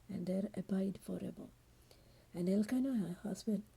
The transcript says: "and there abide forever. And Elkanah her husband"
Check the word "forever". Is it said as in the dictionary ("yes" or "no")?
no